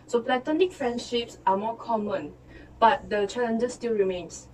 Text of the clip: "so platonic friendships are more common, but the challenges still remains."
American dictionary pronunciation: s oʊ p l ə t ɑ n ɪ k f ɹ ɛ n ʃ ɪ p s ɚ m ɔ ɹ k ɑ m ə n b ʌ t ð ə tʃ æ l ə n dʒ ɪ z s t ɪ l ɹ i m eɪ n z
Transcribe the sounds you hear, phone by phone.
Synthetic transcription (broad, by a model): s oʊ p l ə t ɑ n ɪ k f ɹ ɛ n ʃ ɪ p s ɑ m ɔ k ɑ m ə n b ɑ t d ə tʃ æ l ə n dʒ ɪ s t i l ɹ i m eɪ n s